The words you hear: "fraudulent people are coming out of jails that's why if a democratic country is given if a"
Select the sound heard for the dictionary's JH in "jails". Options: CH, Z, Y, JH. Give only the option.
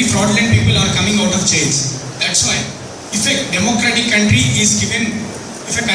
CH